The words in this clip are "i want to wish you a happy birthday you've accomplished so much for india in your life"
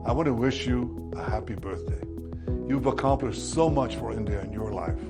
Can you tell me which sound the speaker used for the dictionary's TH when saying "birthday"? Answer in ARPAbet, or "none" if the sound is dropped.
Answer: TH